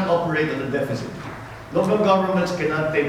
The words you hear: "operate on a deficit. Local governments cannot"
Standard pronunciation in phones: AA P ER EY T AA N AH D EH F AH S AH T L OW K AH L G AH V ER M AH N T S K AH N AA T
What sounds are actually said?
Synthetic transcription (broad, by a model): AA P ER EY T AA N AH D EH F AH S AH T L OW K AH L G AH V ER M AH N T S K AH N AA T